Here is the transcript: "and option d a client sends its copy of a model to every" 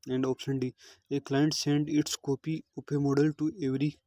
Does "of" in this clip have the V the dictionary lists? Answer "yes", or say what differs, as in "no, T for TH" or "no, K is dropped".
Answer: no, P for V